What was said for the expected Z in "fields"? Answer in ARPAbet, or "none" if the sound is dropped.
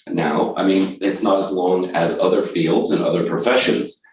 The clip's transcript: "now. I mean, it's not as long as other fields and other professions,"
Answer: Z